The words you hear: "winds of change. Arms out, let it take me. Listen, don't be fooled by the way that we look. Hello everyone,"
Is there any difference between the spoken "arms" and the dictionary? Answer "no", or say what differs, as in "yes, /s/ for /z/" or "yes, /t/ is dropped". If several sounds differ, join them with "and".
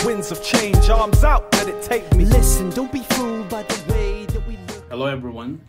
no